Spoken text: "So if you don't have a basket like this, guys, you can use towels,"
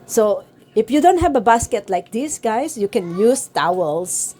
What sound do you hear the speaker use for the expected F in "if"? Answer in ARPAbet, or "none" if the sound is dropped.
F